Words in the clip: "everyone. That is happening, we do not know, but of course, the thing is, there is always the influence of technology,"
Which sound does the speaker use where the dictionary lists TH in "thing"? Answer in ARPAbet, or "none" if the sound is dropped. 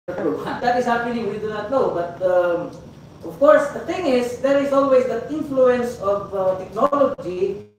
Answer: T